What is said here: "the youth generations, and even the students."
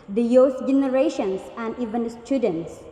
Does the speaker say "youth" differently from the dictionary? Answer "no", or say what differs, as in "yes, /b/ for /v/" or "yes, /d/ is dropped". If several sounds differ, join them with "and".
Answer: yes, /s/ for /θ/